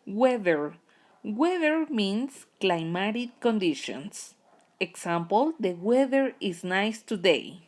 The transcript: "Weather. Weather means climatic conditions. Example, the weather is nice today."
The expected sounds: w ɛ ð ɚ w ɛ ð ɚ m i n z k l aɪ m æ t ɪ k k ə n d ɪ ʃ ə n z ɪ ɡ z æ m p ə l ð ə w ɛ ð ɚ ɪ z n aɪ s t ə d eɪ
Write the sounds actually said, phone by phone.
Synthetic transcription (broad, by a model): w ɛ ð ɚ w ɛ ð ɚ m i n s k l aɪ m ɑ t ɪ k k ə n d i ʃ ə n s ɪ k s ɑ m p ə l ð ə w ɛ ð ɚ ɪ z n aɪ s t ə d eɪ